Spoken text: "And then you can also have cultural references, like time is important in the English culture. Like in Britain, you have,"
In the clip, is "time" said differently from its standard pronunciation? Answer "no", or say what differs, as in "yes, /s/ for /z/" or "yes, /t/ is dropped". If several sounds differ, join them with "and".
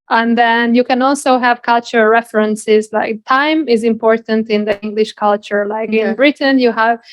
no